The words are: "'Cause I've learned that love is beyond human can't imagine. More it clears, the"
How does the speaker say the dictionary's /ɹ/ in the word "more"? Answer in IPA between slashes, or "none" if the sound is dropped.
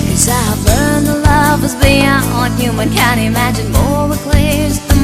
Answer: /w/